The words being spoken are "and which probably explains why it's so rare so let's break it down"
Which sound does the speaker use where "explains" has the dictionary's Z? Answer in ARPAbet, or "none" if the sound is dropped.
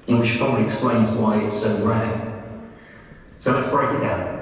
Z